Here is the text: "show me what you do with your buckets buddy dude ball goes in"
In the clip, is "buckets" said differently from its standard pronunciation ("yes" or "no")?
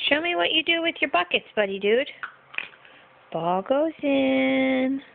no